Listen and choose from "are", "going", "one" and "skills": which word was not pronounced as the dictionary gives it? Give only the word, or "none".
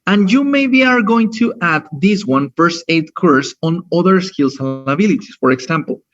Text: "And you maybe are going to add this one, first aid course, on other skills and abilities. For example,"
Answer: skills